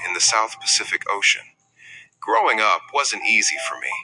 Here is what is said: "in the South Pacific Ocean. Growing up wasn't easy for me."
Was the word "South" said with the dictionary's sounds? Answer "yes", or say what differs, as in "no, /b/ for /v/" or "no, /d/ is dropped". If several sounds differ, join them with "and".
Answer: yes